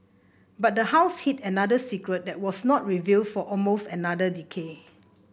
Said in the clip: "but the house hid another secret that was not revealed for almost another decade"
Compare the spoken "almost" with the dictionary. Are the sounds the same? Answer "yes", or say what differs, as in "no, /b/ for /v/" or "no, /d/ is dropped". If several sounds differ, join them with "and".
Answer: yes